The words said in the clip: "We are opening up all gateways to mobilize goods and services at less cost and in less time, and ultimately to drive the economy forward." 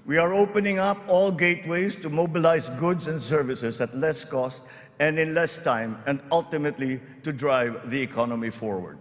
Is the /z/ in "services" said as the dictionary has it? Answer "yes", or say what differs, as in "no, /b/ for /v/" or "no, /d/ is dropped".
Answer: no, /s/ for /z/